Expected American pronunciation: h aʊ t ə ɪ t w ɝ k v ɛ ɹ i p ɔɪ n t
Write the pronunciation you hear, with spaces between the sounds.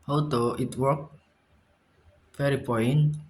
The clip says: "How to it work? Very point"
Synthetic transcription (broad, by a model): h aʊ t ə ɪ t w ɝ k f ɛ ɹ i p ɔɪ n